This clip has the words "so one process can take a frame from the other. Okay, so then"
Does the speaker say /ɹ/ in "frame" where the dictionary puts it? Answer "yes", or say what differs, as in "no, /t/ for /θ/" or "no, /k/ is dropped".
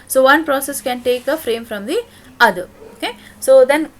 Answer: yes